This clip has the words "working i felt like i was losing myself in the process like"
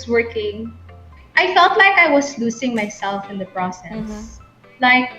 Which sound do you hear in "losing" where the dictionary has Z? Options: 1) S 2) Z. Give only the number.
1